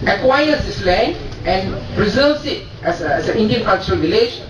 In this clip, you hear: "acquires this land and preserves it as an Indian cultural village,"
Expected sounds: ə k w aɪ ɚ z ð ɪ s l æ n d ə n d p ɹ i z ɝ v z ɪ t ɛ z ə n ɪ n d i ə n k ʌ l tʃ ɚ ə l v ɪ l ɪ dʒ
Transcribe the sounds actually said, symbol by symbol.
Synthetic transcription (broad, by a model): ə k w aɪ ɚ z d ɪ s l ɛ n ə n p ɹ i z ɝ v s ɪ t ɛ s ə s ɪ n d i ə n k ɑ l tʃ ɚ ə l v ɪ l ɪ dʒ